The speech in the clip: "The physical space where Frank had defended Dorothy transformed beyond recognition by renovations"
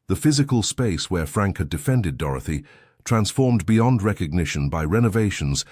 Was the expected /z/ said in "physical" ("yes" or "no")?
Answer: yes